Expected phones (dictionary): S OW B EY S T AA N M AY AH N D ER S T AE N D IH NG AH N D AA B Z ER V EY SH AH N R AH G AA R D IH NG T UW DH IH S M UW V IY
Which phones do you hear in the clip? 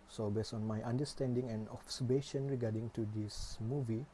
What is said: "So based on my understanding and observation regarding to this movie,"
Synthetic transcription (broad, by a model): S OW B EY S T AA N M AY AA N D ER S T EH N D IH NG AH N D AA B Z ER B EY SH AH N R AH G AA D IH NG T UW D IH S M UW V IY